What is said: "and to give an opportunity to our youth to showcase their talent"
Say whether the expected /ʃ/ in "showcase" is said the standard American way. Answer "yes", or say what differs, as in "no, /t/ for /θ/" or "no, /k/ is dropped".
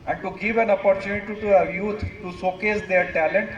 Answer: no, /s/ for /ʃ/